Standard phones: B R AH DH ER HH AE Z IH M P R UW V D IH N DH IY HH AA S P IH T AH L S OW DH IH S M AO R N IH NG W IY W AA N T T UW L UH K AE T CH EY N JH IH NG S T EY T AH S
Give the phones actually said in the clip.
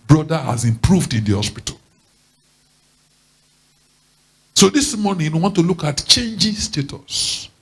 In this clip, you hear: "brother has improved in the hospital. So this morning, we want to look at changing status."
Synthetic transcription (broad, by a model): B R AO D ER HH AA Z IH M P R UW V D IH N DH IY HH AA S P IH T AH L S OW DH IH S M AO N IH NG W IY W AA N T T UW L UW K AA T CH EY N JH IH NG S T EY T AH S